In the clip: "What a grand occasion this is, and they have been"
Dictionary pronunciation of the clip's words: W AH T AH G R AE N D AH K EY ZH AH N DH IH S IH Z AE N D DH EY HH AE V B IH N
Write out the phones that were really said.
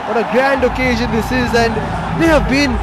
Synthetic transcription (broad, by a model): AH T AH G R AE N D AH K EY ZH AH N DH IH S IH Z AE N D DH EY HH AE V B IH N